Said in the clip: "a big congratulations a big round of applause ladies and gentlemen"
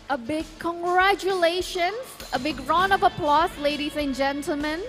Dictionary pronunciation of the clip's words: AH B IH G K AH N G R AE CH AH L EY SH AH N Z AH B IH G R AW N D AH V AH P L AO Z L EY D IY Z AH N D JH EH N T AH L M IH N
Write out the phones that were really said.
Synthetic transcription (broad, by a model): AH B IH G K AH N G R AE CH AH L EY SH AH N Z AH B IH G R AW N AH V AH P L AO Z L EY D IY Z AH N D JH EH N T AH L M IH N